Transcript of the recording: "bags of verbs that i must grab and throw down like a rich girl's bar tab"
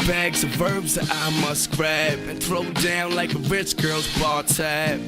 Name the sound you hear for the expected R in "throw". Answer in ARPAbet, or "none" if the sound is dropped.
R